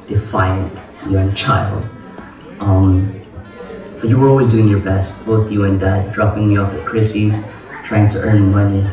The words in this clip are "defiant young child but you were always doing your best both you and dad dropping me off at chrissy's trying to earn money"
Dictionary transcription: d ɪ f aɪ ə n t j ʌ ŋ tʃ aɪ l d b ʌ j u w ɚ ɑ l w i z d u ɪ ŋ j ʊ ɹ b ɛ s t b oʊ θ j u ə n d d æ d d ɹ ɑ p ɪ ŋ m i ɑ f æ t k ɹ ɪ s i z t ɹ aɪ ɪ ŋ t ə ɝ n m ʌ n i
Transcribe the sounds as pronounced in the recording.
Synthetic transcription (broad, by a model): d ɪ f aɪ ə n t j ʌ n tʃ aɪ l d b ʌ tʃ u w ɚ ɑ l w i z d u ɪ ŋ j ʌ ɹ b ɛ s t b oʊ θ j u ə n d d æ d d ɹ ɑ p ɪ ŋ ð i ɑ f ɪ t k ɹ ɪ s i z t ɹ aɪ ɪ ŋ t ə ɝ n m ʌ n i